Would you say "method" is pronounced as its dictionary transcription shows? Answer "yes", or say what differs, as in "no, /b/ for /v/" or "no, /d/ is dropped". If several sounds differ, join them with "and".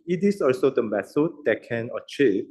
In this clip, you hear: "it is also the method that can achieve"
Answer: no, /s/ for /θ/